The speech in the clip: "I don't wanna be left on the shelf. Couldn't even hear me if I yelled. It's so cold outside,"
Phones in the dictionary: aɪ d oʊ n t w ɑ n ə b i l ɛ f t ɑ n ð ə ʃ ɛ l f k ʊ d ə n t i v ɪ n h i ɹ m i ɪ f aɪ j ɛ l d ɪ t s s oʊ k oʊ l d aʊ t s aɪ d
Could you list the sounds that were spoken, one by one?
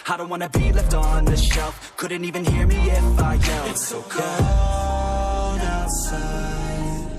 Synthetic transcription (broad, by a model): aɪ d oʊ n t w ɑ n ə b i l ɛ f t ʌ n ð ə ʃ ɛ l f k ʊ d n t i v ɪ n h i ɹ m i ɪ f aɪ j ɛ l ɪ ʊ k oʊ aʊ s